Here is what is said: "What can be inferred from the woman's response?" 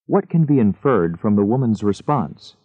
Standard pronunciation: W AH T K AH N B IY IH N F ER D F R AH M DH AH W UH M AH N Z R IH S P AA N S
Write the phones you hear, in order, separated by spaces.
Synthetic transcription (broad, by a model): W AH T K AH N B IY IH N F ER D F R AH M DH AH W UH M AH N Z R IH S P AA N S